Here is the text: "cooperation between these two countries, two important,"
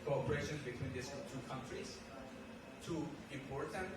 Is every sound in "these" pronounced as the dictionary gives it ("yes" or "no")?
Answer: no